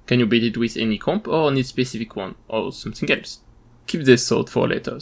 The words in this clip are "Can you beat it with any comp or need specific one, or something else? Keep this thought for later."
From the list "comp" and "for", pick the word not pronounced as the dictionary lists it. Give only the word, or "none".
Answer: none